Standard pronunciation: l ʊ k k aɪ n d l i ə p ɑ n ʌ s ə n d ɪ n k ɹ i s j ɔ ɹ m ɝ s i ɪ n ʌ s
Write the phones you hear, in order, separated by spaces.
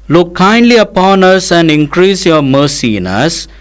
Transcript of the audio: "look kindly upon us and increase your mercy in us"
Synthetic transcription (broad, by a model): l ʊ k k aɪ n d l i ə p ɑ n ʌ s ə n d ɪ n k ɹ i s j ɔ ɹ m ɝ s i ɪ n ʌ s